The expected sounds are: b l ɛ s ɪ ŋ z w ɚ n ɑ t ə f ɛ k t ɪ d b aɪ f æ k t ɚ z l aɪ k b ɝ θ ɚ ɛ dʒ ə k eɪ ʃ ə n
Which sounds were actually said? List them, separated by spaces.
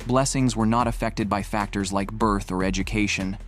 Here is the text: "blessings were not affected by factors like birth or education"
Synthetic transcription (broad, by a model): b l ɛ s ɪ ŋ z w ɚ n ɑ t ə f ɛ k t ɪ d b aɪ f æ k t ɚ z l aɪ k b ɝ θ ɚ ɛ dʒ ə k eɪ ʃ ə n